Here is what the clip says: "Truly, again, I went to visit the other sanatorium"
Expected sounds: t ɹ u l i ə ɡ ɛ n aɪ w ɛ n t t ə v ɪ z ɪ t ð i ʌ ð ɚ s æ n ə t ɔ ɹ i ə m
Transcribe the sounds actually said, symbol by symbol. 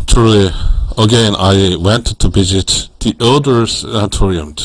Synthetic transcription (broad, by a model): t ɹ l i ə ɡ ɛ n aɪ w ɛ n t t ə b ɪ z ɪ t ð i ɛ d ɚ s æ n t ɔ ɹ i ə m